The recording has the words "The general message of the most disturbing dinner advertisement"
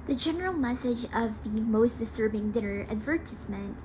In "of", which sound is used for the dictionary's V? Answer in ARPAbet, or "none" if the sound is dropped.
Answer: V